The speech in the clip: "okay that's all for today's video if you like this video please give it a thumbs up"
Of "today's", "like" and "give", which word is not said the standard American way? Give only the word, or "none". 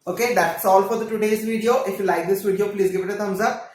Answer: none